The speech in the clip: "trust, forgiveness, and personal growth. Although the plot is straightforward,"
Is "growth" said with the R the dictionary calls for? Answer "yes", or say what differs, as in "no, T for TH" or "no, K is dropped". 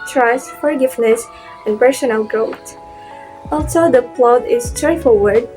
no, R is dropped